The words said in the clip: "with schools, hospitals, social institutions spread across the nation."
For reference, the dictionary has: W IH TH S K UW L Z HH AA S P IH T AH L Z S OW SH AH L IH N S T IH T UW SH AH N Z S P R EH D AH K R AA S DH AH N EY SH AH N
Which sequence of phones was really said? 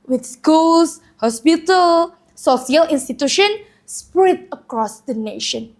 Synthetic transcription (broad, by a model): W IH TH S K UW L S HH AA S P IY T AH L S OW S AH L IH N S T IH T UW SH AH N S P R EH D AH K R AA S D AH N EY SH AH N